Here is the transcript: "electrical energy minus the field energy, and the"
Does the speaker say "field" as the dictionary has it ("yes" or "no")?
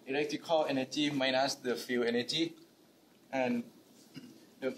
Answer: no